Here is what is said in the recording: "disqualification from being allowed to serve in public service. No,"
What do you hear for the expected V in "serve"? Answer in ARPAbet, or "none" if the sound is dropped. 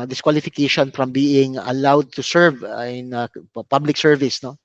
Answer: V